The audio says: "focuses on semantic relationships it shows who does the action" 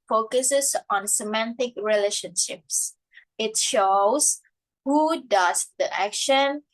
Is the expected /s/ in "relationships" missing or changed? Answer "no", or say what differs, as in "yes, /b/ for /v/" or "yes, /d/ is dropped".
no